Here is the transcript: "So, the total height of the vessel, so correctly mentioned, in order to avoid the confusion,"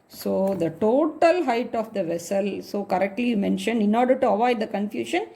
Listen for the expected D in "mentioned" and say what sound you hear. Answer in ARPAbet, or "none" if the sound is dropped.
D